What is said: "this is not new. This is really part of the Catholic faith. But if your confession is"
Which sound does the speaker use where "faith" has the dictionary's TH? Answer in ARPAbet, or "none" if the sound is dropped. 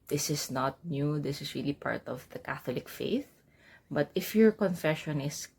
TH